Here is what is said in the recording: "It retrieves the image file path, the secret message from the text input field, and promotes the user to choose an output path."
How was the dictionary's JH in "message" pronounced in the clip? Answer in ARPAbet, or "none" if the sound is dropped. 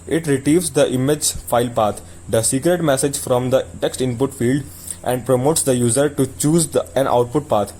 JH